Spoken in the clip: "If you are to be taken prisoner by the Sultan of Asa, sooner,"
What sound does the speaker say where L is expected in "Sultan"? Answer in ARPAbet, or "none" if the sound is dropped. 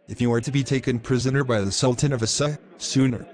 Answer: L